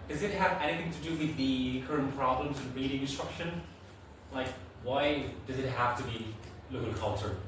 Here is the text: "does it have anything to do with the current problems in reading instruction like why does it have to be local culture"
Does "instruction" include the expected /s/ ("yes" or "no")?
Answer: yes